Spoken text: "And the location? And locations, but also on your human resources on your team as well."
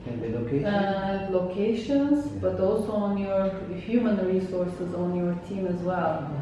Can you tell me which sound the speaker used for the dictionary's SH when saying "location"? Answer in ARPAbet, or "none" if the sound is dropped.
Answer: none